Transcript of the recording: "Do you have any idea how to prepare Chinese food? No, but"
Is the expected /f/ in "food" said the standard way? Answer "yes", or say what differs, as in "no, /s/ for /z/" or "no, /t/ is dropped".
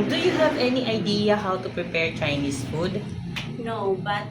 yes